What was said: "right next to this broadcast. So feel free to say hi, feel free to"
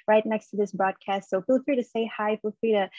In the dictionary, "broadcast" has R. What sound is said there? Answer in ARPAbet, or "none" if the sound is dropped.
R